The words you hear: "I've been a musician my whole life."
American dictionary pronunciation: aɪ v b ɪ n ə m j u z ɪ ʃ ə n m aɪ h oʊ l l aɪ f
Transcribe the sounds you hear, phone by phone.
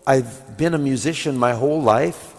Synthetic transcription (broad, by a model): aɪ v b ɪ n ə m j u z ɪ ʃ ə n m aɪ h oʊ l l aɪ f